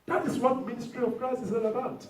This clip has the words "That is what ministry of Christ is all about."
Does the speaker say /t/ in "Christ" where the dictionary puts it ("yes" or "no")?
no